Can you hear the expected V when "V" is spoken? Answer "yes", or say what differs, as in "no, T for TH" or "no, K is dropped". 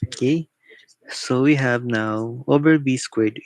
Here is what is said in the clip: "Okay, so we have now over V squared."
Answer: no, B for V